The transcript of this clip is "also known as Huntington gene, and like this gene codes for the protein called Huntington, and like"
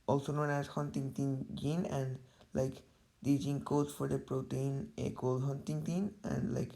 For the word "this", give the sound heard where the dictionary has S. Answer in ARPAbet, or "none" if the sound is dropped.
none